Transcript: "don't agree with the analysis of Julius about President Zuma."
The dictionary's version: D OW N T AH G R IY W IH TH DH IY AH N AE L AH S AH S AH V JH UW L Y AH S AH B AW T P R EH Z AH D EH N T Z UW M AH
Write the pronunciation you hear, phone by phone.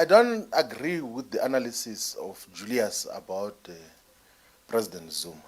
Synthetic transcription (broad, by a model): D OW N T AH G R IY W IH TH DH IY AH N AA L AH S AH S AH F JH UW L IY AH S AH B AW T P R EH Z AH D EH N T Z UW M